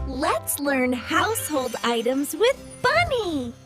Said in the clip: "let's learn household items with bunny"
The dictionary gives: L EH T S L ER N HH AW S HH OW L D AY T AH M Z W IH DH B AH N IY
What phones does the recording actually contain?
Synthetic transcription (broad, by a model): L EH T S L ER N HH AW S HH OW L D AY T AH M Z W IH DH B AH N IY